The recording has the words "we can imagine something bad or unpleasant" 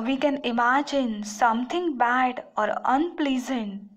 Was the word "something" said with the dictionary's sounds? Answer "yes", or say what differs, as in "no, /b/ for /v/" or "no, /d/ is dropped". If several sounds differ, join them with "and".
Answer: no, /t/ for /θ/